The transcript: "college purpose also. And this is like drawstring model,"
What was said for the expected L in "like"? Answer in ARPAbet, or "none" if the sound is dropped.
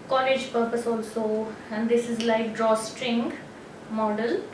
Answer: L